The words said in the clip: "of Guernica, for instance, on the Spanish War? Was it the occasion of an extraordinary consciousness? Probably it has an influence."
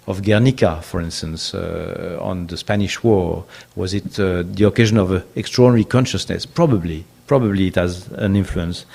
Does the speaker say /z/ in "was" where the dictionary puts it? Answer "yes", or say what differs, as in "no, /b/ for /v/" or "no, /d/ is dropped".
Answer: yes